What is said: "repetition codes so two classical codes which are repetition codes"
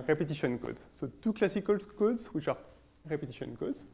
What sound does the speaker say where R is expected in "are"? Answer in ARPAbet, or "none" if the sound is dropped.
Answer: R